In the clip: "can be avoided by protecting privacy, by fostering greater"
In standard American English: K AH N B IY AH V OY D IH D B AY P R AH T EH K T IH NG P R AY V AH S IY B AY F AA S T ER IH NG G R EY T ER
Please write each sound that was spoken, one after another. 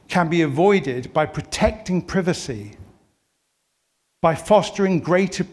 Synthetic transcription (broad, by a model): K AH N B IY AH V OY D IH D B AY P R AH T EH K T IH NG P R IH V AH S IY B AY F AA S T ER IH NG G R EY T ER